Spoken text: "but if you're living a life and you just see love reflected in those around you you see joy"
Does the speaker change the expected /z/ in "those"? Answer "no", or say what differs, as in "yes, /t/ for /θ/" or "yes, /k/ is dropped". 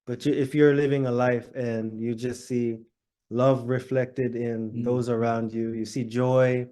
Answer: no